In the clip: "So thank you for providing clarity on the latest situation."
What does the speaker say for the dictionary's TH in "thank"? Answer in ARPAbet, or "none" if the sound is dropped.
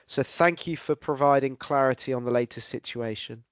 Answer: TH